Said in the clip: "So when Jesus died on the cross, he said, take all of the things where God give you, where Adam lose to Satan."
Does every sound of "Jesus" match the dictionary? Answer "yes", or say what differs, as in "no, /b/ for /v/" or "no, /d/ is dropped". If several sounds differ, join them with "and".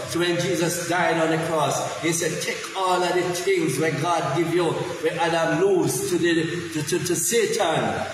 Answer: yes